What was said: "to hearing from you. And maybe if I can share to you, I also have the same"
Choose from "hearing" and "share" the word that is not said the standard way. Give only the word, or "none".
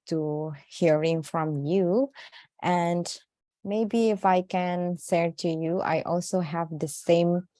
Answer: share